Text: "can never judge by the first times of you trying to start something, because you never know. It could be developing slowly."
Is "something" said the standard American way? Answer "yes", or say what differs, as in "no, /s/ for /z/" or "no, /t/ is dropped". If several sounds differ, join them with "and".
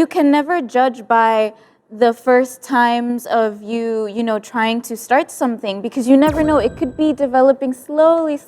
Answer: yes